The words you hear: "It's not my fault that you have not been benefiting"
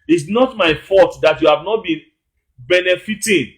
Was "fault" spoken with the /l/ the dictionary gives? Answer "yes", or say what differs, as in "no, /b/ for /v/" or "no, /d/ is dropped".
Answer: no, /l/ is dropped